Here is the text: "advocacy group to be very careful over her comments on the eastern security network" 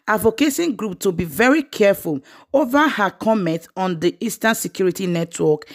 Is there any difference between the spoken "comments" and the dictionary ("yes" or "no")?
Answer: yes